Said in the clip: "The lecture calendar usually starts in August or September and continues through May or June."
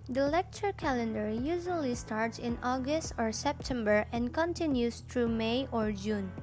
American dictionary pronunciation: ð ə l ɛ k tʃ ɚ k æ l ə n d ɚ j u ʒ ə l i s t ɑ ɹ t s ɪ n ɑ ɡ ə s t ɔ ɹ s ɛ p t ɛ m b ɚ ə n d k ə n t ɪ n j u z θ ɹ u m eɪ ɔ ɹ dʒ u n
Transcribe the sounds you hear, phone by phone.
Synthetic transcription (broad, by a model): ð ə l ɛ k tʃ ɚ k æ l ə n d ɚ j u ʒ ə l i s t ɑ ɹ t s ɪ n ɑ ɡ ə s t ɔ ɹ s ɛ p t ɛ m b ɚ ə n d k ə n t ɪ n j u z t ɹ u m eɪ ɔ ɹ dʒ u n